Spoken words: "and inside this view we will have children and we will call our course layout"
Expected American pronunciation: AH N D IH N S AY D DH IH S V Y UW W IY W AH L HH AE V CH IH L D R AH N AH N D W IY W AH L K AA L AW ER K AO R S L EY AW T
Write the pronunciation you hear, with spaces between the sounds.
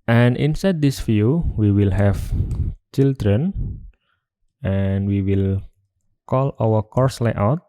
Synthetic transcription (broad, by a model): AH N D IH N S AY D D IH S F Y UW W IY W AH L HH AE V CH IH L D R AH N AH N W IY W AH L K AA L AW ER K AO R S L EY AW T